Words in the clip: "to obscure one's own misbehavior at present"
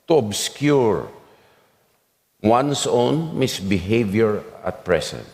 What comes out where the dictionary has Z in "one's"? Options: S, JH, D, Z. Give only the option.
S